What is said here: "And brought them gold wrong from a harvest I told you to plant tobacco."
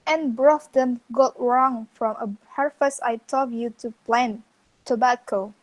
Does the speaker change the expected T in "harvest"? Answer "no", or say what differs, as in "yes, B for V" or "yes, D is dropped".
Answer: yes, T is dropped